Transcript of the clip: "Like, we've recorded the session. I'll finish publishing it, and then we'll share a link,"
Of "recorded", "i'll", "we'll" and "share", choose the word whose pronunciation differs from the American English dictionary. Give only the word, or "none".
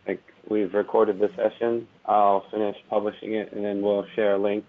none